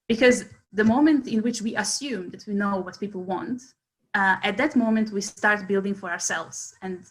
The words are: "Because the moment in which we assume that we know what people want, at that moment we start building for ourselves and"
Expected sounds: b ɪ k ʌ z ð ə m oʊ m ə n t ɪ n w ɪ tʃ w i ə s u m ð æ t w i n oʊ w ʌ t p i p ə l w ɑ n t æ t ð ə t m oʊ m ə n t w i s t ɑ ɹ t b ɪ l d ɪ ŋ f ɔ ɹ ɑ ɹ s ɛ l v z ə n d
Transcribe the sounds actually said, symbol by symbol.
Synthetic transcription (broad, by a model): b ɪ k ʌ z ð ə m oʊ m ə n t ɪ n w ɪ tʃ w i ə s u m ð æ t w i n oʊ w ʌ t p i p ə l w ɑ n t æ t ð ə t m oʊ m ə n t w i s t ɑ ɹ t b ɪ l d ɪ ŋ f ɔ ɹ ɑ ɹ s ɛ l v z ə n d